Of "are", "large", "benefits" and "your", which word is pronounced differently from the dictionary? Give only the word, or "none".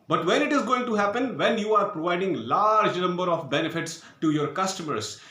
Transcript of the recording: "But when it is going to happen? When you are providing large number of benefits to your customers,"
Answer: none